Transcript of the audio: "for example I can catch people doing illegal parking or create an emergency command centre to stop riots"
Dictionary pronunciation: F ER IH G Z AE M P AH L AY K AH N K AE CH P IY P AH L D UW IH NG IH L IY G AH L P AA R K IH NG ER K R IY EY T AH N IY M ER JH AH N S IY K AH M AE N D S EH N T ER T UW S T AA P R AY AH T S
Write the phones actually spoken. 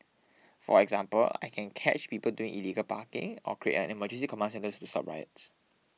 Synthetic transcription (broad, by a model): F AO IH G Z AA M P AH L AY K AH N K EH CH P IY P AH L D UW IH NG IH L IY G AH L P AA K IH NG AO K R IY EY T AH N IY M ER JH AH N S IY K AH M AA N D S EH N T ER T UW S T AA P R AY AH T S